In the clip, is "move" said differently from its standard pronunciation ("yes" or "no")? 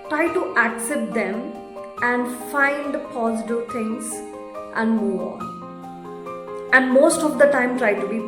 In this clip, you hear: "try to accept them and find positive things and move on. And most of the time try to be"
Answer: yes